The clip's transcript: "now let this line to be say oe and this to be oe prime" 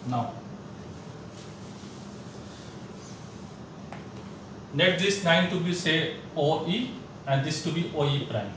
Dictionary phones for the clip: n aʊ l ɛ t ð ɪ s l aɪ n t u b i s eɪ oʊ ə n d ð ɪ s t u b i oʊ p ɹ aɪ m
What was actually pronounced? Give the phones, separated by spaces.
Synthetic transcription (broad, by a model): n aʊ n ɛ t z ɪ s n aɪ n t u b i s eɪ oʊ ə n d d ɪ s t u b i oʊ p ɹ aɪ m